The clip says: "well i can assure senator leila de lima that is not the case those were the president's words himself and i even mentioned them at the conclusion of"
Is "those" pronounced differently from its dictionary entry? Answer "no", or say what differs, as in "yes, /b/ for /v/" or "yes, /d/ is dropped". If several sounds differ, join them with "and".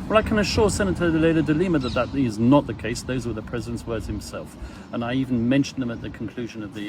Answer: no